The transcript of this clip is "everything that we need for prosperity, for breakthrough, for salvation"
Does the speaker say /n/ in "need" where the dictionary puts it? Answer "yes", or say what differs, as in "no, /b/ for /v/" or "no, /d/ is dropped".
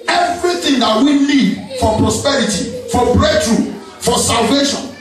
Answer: no, /l/ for /n/